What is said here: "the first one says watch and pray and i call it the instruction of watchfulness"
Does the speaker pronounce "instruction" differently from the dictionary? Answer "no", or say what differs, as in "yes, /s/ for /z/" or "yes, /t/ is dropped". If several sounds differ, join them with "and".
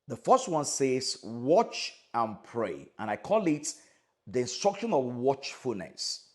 no